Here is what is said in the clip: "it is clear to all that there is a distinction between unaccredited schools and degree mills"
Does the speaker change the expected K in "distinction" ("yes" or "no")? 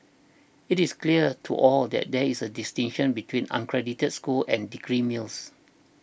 yes